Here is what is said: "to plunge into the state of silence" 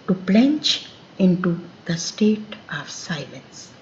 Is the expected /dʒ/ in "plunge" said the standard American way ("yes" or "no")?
no